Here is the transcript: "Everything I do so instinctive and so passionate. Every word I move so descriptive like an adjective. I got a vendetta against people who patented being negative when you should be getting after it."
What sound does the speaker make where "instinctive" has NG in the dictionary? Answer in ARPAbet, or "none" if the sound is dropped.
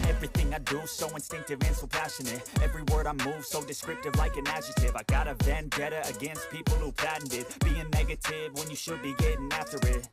NG